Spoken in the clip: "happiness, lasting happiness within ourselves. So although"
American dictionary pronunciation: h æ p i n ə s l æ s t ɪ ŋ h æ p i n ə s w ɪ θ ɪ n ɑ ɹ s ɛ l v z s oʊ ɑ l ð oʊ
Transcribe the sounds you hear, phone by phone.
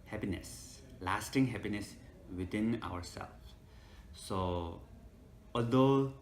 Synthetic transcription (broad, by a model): h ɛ p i n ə s l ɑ s t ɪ ŋ h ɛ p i n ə s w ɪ t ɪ n ɑ ɹ s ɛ l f s oʊ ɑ l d oʊ